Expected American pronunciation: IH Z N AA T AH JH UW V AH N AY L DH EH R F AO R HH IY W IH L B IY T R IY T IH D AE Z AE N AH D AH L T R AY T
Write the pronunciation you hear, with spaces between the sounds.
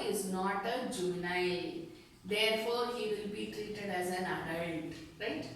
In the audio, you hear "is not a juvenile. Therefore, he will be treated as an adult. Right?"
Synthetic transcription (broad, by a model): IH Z N AA T AH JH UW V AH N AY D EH R F AO R HH IY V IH L B IY T R IY T IH D AE Z AE N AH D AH N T R AY T